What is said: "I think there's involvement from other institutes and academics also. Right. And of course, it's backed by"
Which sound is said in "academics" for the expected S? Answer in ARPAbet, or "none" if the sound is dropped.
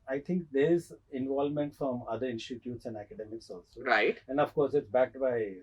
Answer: S